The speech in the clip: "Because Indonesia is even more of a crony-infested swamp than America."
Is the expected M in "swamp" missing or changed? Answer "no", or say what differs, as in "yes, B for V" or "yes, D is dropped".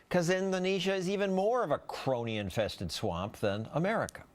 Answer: no